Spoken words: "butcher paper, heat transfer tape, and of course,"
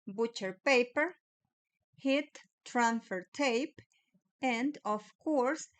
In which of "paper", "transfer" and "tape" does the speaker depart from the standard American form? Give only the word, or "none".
transfer